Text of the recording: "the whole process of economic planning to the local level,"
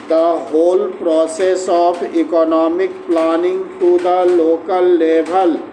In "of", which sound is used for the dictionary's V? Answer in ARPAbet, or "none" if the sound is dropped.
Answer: P